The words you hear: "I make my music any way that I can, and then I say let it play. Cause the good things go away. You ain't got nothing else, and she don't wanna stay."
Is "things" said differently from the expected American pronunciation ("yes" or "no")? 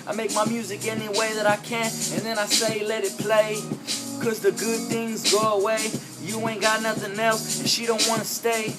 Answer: no